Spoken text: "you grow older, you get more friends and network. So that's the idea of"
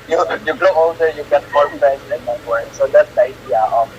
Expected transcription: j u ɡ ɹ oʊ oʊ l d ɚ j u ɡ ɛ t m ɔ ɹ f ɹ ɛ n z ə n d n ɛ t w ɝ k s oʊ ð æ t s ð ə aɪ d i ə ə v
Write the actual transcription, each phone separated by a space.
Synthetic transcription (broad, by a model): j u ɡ l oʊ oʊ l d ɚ j u ɡ ɛ t m ɔ ɹ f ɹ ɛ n s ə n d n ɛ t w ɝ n s oʊ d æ t s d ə aɪ d i ə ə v